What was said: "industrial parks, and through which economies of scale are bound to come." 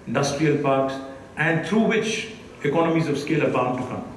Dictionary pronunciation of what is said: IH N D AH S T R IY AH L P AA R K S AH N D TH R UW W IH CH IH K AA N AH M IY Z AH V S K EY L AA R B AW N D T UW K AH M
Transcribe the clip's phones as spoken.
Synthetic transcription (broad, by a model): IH N D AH S T R IY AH L P AA R K S AH N D T R UW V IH CH IH K AA N AH M IY Z AH V S K EY L AA R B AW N T UW K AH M